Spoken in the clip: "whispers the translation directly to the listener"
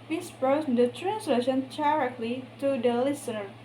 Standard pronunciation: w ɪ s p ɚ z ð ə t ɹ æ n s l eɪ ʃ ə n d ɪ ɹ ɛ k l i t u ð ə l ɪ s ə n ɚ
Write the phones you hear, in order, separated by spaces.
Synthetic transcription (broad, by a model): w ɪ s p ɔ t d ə t ɹ æ n s l eɪ ʃ ə n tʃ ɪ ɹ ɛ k l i t u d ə l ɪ s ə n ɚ